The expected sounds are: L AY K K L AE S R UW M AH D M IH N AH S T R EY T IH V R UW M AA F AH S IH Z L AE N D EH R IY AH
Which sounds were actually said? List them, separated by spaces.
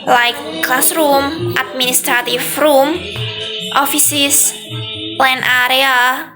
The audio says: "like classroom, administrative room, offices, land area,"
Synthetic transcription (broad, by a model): L AY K K L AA S R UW M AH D M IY N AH S T R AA T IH F R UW M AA F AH S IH S L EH N AA R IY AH